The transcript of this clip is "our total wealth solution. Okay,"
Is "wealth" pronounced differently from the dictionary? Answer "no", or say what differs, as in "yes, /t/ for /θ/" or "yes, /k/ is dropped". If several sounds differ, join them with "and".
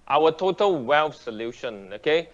yes, /f/ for /θ/